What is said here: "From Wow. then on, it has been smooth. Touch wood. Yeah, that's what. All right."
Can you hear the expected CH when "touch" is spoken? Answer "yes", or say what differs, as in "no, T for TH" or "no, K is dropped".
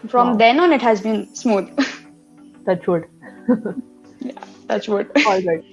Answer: no, S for CH